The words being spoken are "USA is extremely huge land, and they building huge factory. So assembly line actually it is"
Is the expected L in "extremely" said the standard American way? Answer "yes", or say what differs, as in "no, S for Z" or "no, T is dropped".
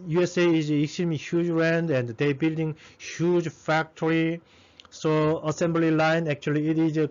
no, L is dropped